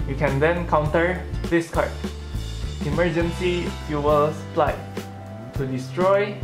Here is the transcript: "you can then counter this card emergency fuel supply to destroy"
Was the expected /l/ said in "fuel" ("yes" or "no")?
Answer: yes